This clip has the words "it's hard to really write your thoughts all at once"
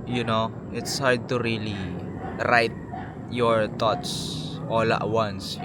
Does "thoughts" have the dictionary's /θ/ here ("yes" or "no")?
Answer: no